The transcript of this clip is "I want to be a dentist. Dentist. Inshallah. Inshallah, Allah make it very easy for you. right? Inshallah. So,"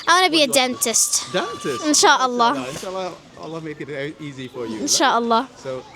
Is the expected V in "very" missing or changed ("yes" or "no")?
yes